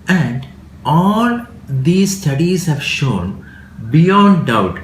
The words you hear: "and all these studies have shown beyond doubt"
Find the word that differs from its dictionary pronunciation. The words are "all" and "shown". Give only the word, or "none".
none